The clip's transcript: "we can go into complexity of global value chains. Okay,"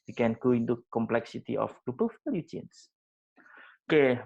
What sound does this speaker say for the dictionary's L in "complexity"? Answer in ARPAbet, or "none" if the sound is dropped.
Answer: L